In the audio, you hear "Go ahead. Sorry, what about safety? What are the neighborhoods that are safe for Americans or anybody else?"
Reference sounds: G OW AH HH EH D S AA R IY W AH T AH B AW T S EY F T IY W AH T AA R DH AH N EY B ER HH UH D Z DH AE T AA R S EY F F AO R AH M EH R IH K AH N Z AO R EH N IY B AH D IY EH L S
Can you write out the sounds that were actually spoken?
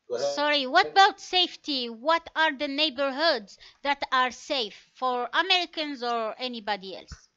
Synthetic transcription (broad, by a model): S AA R IY W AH T AH B AW T S EY F T IY W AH T AA R DH AH N EY B ER HH UH D Z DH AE T AA R S EY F F AO R AH M EH R IH K AH N Z AO R EH N IY B AH D IY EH L S